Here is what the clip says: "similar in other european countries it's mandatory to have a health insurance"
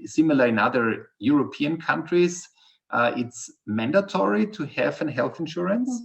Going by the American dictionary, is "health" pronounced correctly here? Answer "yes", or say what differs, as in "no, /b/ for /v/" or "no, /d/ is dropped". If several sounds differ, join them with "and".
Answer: yes